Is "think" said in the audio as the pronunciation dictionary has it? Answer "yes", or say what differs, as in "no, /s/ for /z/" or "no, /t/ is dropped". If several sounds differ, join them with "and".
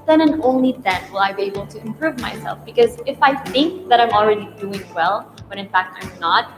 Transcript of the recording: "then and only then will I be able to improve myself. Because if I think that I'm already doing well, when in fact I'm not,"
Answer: yes